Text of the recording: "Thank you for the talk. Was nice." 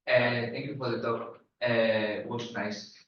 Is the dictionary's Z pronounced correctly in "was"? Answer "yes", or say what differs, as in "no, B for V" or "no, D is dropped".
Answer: no, S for Z